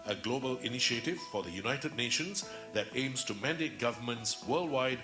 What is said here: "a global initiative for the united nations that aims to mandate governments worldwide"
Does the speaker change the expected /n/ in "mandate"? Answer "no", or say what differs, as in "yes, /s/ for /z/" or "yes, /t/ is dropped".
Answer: no